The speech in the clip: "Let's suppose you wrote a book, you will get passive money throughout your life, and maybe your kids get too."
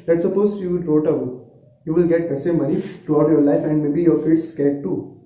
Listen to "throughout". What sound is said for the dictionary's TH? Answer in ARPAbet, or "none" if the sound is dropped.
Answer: T